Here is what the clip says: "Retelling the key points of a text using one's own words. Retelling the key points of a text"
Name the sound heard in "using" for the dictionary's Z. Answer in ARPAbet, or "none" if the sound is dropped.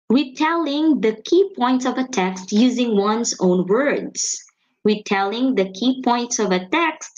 Z